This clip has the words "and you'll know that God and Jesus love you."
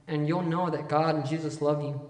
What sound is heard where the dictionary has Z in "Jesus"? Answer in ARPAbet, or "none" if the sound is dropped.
Z